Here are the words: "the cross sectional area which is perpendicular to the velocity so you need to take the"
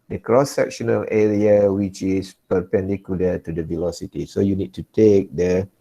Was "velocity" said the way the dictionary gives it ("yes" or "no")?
yes